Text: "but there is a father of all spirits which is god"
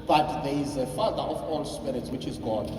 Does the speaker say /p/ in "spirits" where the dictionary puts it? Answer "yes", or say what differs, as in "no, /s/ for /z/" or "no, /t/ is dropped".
yes